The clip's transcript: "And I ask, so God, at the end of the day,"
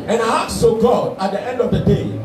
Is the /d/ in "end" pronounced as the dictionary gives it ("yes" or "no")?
yes